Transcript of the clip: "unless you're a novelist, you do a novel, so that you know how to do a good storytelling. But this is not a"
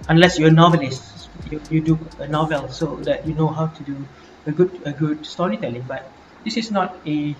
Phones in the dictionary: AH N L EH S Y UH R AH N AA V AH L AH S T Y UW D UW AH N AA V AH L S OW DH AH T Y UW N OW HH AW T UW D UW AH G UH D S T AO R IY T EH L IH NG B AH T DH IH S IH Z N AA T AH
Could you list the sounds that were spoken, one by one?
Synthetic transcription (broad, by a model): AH N L EH S Y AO AH N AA V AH L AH S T Y UW D UW AH N AA V AH L S OW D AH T Y UW N OW HH AW T UW D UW AH G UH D S T AO R IY T EH L IH NG B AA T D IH S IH S N AA T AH